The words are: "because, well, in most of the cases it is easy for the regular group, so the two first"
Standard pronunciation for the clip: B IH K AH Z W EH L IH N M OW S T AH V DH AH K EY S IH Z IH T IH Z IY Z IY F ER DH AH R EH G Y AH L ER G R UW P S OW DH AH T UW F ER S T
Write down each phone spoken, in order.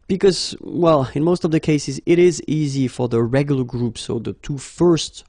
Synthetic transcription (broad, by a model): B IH K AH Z W EH L IH N M OW S T AH V DH AH K EY S IH Z IH T IH Z IY Z IY F ER DH AH R EH G Y L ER G R UW P S OW DH AH T UW F ER S T